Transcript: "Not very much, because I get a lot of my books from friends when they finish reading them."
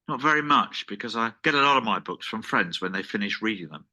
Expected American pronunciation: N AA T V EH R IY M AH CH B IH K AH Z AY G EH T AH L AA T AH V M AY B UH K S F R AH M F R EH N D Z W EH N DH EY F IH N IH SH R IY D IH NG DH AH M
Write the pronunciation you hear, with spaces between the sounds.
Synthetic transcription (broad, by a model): N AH T V EH R IY M AH CH B IH K AH Z AY G EH T AH L AA T AH V M AY B UH K S F R AH M F R EH N D Z W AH N DH EY F IH N IH SH R IY D IH NG DH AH M